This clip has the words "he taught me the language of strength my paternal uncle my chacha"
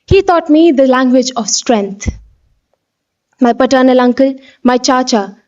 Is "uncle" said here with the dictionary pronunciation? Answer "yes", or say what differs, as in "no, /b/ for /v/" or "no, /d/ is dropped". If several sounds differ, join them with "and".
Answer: yes